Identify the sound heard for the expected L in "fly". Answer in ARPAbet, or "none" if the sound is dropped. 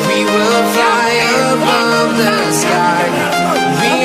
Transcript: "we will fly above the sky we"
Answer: none